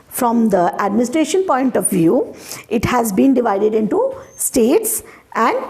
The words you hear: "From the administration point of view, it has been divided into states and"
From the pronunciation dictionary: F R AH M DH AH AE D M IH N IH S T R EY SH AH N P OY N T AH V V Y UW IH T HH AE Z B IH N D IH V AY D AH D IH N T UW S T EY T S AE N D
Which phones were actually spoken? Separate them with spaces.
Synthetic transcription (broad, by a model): F R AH M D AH AE D M IH N IH S T R EY SH AH N P OY N T AH V V Y UW IH T HH AE Z B IH N D IH V AY D AH D IH N T UW S T EY T S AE N D